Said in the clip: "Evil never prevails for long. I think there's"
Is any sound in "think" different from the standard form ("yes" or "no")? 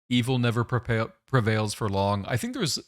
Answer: no